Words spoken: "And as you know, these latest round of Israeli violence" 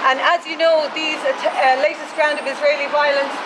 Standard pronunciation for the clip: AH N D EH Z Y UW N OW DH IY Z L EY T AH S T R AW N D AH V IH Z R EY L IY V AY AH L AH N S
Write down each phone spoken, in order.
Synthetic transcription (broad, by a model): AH N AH Z Y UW N OW DH IY Z L EY T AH S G R AW N D AH V IH Z R EY L IY V AY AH L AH N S